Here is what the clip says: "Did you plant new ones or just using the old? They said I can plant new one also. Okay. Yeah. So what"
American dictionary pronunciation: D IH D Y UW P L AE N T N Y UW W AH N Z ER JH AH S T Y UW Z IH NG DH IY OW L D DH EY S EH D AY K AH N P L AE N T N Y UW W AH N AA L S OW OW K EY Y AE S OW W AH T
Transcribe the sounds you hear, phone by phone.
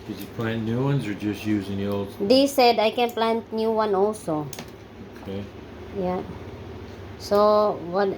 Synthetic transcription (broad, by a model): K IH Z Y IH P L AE N N Y UW W AH N Z ER JH AH S T Y UW Z IH NG DH IY OW L D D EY S EH D AY K AH N P L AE N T N Y UW W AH N AA L S OW OW K EY Y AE S OW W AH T